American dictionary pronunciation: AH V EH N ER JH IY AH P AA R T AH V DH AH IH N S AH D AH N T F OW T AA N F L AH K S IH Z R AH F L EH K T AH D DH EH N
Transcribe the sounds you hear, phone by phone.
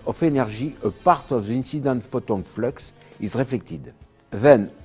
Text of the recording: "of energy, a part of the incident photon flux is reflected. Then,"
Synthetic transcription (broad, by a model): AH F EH N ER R IY AH P AA R T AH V DH AH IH N S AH D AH N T F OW T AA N F L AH K S IH Z R AH F L EH K T AH D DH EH N